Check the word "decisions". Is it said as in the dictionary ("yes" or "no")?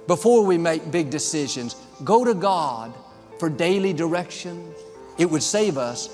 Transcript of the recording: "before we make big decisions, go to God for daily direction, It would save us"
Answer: yes